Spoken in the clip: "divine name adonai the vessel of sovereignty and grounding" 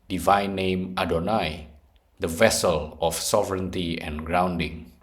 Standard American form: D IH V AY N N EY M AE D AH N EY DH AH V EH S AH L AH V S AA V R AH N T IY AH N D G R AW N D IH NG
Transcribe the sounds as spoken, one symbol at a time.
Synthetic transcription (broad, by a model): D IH V AY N N EY M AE D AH N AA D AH V EH S AH L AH F S AA V R AH N T IY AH N G R AW N D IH NG